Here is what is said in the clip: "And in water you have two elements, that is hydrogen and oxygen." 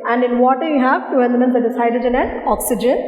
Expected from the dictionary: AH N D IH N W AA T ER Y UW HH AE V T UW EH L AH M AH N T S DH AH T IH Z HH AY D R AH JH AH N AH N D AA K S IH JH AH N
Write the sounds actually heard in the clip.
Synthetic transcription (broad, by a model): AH N D IH N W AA T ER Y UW HH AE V T UW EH N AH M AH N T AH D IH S AY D AH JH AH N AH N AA K S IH JH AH N